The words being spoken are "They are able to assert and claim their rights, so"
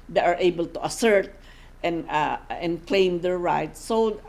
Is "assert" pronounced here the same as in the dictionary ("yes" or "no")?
yes